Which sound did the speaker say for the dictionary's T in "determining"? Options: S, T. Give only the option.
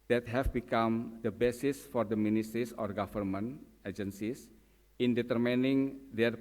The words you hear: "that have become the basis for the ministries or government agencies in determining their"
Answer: T